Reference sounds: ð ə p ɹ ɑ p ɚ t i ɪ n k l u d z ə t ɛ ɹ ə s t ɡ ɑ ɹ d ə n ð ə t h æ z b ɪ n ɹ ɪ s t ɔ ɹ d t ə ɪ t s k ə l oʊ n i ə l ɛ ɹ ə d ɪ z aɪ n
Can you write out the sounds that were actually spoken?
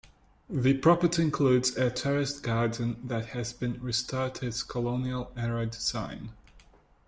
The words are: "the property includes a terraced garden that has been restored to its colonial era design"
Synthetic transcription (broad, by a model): ð ə p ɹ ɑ p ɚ t i ɪ n k l u d z ə t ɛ ɹ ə s t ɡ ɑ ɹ d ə n ð ə t h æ z b ɪ n ɹ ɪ s t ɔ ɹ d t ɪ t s k ə l oʊ n i ə l ɛ ɹ ə d ɪ z aɪ n